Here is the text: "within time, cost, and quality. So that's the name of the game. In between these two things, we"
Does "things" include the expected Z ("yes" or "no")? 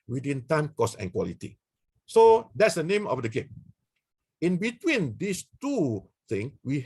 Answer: no